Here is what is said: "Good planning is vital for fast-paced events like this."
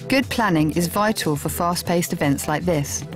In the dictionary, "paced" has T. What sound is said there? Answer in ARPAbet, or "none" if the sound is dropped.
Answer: T